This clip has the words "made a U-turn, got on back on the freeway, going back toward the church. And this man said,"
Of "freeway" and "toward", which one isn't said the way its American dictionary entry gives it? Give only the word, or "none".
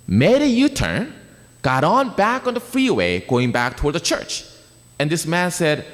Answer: none